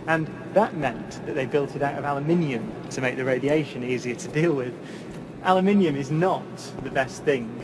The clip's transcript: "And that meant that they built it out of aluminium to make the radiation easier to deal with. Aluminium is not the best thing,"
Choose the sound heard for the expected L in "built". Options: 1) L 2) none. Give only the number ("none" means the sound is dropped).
1